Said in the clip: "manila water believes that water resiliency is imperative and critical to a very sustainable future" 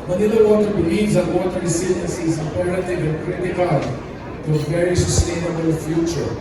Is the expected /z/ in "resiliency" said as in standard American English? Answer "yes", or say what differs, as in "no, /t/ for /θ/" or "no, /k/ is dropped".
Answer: no, /s/ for /z/